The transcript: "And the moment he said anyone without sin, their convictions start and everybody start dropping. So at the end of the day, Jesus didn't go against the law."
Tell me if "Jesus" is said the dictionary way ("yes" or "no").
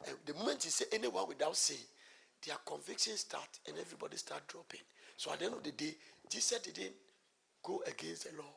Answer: no